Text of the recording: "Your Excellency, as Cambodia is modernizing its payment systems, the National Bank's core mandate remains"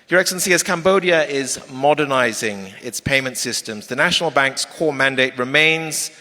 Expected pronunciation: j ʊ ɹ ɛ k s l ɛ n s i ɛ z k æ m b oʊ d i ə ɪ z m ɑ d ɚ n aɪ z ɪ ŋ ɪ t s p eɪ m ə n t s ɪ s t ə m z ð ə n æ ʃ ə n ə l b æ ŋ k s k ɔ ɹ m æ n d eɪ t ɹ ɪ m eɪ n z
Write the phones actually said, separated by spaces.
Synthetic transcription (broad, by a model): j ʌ ɹ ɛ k s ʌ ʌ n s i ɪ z k æ m b oʊ d i ə ɪ z m ɑ d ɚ n aɪ z ɪ ŋ ɪ t s p eɪ m ə n t s ɪ s t ə m z ð ə n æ ʃ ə n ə l b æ ŋ k s k ɔ m æ n d eɪ t ɹ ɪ m eɪ n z